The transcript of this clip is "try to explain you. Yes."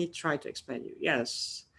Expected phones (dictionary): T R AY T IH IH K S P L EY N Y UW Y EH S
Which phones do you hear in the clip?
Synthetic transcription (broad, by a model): T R AY T IH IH K S P EY N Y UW Y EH S